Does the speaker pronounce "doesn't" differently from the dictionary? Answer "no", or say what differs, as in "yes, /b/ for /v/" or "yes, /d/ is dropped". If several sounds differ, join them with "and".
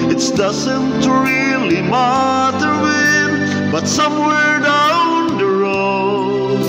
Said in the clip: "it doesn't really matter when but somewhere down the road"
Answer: no